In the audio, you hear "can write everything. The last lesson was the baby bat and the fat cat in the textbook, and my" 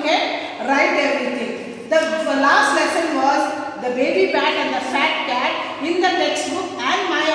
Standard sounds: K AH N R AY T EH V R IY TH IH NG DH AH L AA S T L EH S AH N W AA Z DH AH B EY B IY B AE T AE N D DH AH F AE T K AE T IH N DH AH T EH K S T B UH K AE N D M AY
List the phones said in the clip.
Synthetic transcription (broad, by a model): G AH R AY T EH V R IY T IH NG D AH L AA S T L EH S AH N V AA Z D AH B EY B IY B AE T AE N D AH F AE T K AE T IH N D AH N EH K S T UW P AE N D M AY